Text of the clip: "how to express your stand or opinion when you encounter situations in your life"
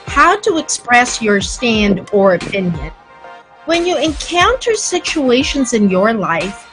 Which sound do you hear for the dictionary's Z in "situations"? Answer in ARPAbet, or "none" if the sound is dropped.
Z